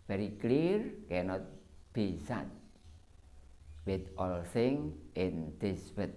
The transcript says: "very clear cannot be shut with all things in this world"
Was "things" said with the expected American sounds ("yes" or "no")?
no